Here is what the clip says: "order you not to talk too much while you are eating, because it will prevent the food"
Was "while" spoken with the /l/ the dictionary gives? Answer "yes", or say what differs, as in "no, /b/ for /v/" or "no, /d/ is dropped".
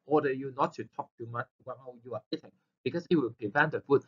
no, /n/ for /l/